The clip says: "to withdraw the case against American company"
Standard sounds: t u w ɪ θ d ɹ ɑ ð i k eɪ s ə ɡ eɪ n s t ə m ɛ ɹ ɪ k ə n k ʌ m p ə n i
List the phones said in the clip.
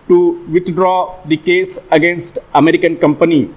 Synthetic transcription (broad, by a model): t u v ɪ t d ɹ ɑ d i k eɪ s ə ɡ eɪ n s t ə m ɛ ɹ ɪ k ə n k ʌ m p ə n i